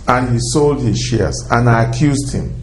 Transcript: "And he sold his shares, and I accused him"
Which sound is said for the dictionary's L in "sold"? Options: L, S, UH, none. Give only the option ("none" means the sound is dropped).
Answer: L